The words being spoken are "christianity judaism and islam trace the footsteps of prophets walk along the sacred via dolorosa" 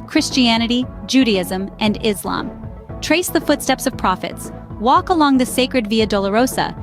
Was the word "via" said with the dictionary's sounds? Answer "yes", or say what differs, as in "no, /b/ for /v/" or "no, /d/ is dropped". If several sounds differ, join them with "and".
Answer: yes